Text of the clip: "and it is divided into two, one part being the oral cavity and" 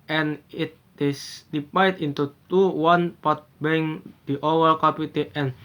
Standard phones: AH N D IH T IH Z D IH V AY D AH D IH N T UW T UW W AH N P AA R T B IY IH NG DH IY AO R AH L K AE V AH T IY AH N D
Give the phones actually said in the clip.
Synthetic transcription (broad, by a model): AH N IH T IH S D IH P AY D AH N T UW T UW W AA N P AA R T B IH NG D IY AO W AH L K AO P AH T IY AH N